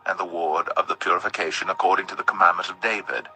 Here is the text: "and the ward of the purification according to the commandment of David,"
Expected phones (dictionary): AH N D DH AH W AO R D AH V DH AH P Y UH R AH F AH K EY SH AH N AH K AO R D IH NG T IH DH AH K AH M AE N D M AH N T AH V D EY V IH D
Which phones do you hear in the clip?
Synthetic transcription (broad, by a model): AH N DH AH W AO R D AH V DH AH P Y UH R AH F AH K EY SH AH N AH K AO R D IH NG T IH DH AH K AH M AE N M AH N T AH V D EY V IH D